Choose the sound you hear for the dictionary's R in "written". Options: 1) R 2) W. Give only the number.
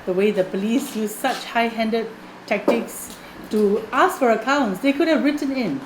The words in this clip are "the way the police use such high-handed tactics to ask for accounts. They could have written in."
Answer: 1